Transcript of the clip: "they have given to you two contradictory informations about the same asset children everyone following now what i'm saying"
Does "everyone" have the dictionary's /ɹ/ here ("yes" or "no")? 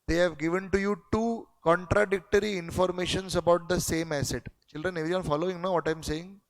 no